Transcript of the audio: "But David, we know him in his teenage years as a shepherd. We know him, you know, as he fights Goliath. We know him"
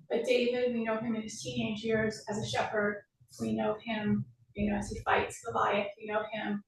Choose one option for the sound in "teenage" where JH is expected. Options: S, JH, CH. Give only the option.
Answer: JH